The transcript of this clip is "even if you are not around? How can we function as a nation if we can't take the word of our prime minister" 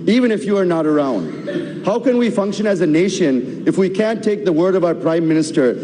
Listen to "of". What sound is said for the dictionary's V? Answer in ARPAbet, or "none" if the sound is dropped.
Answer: V